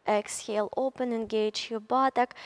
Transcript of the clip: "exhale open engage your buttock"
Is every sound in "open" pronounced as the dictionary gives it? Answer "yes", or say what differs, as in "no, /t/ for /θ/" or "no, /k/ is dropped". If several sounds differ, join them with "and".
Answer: yes